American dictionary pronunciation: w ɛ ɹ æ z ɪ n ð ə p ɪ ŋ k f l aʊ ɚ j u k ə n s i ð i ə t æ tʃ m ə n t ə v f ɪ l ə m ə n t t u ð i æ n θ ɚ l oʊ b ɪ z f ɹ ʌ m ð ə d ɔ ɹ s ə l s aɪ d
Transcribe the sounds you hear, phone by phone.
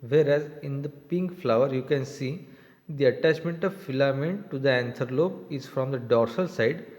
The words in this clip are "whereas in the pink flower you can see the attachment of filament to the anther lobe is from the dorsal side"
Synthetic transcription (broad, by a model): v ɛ ɹ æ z ɪ n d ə p ɪ ŋ k f l aʊ ɚ j u k ə n s i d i ə t æ tʃ m ə n t ə v f ɪ l ə m ə n t t u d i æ n t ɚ l oʊ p ɪ z f ɹ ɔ m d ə d ɔ ɹ s ə l s aɪ d